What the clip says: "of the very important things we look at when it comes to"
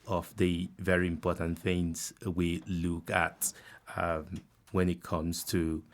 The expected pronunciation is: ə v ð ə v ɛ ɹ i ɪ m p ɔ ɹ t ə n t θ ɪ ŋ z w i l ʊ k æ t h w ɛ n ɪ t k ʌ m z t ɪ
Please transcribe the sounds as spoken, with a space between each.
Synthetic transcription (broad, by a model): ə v ð ə v ɛ ɹ i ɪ m p ɔ ɹ t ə n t θ ɪ ŋ z w i l ʊ k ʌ t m w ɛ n ɪ t k ʌ m z t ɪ